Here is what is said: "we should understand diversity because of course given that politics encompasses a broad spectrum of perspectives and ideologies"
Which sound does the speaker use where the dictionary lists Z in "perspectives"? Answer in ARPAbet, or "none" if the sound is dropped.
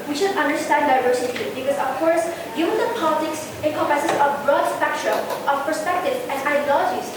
none